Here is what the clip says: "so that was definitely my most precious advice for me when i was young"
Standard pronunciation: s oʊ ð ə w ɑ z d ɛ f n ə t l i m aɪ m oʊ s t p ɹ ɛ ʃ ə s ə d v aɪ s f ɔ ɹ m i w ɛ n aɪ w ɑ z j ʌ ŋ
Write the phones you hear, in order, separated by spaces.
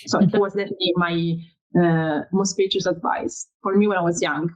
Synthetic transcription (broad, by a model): s oʊ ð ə w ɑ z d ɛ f ə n l i m aɪ m oʊ s t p ɛ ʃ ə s ə d v aɪ s f ɔ ɹ m i w ɛ n aɪ w ɑ z j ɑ ŋ